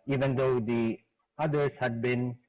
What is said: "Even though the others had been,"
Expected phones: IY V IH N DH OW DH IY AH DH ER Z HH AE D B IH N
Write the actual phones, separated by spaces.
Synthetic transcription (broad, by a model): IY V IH N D OW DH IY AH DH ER S HH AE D B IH N